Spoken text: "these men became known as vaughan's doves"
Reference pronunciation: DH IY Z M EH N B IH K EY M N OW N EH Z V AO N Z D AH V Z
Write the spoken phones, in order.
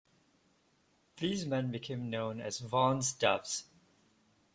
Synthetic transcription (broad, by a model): DH IY Z M EH N B IH K EY M N OW N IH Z V AO N Z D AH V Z